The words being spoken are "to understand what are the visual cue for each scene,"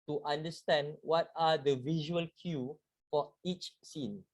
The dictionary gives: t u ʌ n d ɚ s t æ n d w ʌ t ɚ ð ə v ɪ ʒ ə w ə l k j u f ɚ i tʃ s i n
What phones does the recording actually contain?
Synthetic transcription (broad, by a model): t u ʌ n d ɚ s t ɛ n d w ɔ t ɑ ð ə v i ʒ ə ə l k j u f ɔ i tʃ s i n